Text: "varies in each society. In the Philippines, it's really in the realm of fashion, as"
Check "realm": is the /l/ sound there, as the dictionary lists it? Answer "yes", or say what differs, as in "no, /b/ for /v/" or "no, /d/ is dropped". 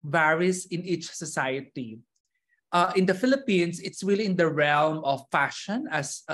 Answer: yes